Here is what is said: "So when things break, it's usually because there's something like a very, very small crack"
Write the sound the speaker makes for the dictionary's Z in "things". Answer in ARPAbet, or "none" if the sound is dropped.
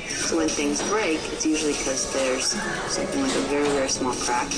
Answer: Z